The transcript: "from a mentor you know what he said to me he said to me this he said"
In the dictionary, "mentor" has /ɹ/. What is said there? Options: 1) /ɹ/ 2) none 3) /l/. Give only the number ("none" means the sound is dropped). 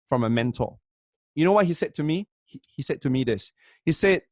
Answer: 3